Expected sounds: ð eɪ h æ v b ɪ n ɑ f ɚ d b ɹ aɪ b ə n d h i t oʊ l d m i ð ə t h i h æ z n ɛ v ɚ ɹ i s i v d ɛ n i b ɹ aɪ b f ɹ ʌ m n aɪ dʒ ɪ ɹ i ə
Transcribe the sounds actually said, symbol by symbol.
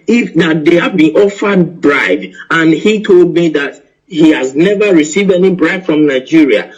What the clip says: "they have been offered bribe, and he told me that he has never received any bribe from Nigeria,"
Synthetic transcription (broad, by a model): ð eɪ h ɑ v b ɪ n ɑ f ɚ d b ɹ aɪ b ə n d h i t oʊ l d m i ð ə t h i h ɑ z n ɛ v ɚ ɹ i s i v d ɛ n i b ɹ aɪ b f ɹ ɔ m n aɪ dʒ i ɹ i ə